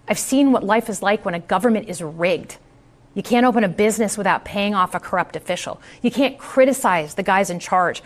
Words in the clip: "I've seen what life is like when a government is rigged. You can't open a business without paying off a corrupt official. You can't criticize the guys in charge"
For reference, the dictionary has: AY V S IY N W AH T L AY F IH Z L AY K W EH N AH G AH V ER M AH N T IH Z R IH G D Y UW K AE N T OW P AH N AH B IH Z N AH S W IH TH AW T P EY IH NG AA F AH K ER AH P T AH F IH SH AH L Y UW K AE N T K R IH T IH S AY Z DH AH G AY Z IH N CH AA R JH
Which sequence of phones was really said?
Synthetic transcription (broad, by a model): AY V S IY N W AH T L AY F IH Z L AY K W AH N AH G AH V ER M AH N T IH Z R IH G D Y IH K AE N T OW P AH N AH B IH Z N AH S W IH TH AW T P EY IH NG AA F AH K ER AH P T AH F IH SH L Y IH K AE N K R IH T IH S AY Z DH AH G AY Z IH N CH AA R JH